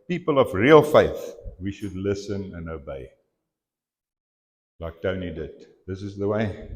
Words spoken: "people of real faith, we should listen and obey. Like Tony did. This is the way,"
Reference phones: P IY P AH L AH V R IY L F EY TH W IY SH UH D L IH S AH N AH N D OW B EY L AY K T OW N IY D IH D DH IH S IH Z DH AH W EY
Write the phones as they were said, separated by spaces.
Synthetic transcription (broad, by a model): P IY P AH L AH V R IY L F EY TH W IY SH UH D L IH S AH N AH N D OW B EY L AY K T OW N IY D IH D DH IH S IH Z DH AH W EY